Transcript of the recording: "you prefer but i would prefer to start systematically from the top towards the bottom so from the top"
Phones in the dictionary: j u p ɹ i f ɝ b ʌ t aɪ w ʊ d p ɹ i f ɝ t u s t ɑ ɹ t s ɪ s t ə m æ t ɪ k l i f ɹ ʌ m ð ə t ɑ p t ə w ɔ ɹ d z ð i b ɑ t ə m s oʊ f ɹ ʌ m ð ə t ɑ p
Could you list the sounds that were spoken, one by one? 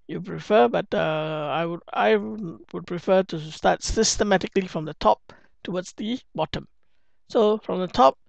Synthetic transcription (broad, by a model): j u p ɹ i f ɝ b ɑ t aɪ w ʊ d p ɹ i f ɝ t u s t ɑ t s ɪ s t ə m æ t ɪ k l i f ɹ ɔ m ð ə t ɑ p t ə w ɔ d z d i b ɑ t ə m s oʊ f ɹ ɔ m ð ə t ɑ p